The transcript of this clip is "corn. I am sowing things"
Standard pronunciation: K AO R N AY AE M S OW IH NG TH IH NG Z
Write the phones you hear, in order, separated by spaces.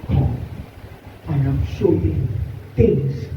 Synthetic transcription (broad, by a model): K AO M N AY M SH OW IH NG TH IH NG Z